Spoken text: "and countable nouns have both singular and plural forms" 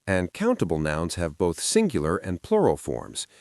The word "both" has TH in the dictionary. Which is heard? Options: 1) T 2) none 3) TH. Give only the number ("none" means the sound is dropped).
3